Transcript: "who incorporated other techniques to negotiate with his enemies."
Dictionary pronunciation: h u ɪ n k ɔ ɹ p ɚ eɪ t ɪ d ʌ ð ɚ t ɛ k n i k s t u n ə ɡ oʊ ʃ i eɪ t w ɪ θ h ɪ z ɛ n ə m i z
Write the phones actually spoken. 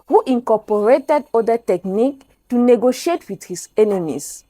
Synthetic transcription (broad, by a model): h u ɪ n k ɔ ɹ p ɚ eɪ t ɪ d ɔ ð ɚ t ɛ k n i k t u n ə ɡ oʊ ʃ i eɪ t w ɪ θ h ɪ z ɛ n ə m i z